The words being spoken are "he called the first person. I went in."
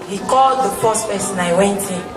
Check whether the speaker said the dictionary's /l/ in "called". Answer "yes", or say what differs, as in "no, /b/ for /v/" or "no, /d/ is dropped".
yes